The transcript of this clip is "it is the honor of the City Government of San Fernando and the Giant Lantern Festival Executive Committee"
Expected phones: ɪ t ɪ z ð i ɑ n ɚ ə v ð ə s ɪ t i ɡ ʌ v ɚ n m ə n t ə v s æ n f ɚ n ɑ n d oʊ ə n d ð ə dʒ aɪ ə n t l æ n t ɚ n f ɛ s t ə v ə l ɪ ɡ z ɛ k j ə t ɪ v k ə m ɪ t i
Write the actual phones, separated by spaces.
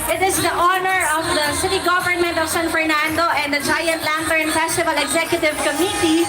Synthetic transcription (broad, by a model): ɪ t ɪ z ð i ɑ n ɚ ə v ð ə s ɪ t i ɡ ʌ v ɚ n m ə n t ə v s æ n f ɚ n ɑ n d oʊ ə n d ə dʒ aɪ ə n t l æ n t ɚ n f ɛ s t ə v ə l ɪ ɡ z ɛ k j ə t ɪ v k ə m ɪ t i